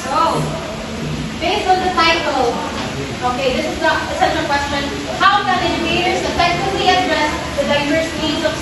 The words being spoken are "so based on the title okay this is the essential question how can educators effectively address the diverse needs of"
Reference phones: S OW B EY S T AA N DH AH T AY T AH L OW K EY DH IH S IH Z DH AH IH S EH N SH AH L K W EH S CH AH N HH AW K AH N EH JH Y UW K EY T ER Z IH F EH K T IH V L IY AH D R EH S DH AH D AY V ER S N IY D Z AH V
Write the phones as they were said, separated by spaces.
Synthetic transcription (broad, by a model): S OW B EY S AA N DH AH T AY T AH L OW K EY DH IH S IH Z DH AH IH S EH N AH K W EH S CH AH N HH AW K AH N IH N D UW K EY T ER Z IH F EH K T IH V L IY AH D R EH S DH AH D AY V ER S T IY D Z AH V